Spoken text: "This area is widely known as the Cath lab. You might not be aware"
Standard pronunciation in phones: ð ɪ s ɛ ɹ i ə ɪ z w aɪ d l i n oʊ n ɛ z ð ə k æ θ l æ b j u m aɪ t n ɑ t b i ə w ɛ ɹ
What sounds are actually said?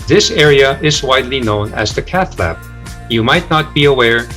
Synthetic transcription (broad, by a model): ð ɪ s ɛ ɹ i ə ɪ z w aɪ d l i n oʊ n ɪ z ð ə k æ θ l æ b j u m aɪ t n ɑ t b i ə w ɛ ɹ